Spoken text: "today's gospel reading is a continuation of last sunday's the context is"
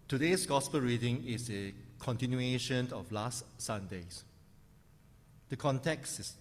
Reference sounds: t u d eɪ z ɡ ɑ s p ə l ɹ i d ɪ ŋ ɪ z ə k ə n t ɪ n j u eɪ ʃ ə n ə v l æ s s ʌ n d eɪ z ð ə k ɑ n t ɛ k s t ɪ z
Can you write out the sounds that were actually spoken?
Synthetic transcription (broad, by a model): t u d eɪ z ɡ ɑ s p ə l ɹ i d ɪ ŋ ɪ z ə k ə n t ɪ n j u eɪ ʃ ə n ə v l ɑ s s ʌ n d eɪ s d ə k ɑ n t ɛ k s t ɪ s